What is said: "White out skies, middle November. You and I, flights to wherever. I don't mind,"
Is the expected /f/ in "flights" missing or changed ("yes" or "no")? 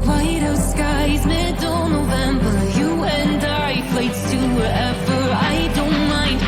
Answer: yes